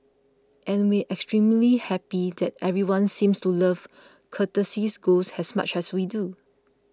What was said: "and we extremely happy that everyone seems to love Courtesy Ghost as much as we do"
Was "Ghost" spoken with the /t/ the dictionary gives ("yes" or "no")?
no